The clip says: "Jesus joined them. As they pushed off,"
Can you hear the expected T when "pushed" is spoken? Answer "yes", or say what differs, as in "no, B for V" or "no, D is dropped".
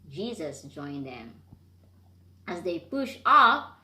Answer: no, T is dropped